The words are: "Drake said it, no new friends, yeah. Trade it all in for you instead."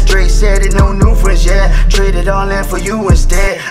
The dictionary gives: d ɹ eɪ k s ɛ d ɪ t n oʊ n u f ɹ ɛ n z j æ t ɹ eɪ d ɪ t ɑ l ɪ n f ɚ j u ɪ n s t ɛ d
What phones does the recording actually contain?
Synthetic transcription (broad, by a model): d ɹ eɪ s ɛ d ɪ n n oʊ n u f ɹ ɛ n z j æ t ɹ eɪ d ɪ t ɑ n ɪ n f ɚ j u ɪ n s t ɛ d